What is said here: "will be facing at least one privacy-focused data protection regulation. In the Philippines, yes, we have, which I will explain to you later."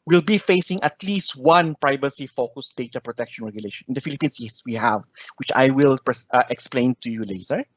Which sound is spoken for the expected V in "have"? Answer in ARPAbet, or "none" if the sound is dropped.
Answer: V